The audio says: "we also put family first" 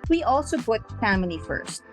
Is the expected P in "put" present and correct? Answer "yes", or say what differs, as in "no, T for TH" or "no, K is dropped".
no, B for P